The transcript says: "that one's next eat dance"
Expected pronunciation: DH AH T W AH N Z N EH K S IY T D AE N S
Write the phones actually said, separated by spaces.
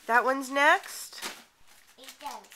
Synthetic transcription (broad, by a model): DH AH T W AH N Z N EH K S T